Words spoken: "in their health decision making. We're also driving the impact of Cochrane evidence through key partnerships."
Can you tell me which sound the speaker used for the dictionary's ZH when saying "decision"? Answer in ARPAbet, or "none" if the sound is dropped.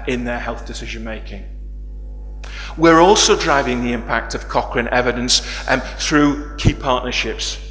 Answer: ZH